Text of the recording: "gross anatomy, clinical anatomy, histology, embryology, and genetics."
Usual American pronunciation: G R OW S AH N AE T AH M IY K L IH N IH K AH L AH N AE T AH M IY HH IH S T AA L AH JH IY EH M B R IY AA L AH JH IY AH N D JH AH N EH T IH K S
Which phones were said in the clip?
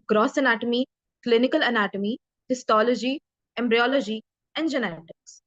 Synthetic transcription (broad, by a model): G R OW S AH N AE T AH M IY K L IH N IH K AH L AH N AE T AH M IY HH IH S T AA L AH JH IY EH M B R IY AA L AH JH IY AH N D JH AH N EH T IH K S